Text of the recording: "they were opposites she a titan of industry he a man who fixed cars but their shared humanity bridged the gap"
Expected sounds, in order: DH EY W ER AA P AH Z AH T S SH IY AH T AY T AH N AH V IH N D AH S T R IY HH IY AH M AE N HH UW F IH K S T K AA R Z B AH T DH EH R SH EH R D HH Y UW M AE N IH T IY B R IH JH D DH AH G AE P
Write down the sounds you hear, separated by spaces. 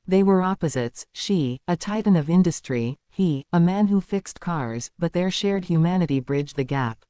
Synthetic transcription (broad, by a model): DH EY W ER AA P AH Z AH T S SH IY AH T AY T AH N AH V IH N D AH S T R IY HH IY AH M AE N HH UW F IH K S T K AA R Z B AH T DH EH R SH EH R D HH Y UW M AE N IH T IY B R IH JH DH AH G AE P